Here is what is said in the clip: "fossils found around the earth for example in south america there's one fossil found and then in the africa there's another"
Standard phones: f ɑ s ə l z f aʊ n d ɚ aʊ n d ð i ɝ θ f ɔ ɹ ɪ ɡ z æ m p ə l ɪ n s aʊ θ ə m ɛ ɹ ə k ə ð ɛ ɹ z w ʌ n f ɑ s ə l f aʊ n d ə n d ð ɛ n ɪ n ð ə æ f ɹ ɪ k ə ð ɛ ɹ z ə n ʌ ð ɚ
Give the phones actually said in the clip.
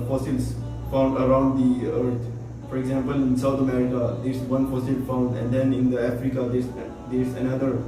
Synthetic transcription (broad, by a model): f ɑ s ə l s f aʊ n d ɚ aʊ n d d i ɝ t f ɔ ɹ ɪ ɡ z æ m p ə l ɪ n s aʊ t ə m ɛ ɹ ə k ə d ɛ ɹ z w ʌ n f ɑ s ə l f aʊ n d ə n d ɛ n ɪ n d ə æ f ɹ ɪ k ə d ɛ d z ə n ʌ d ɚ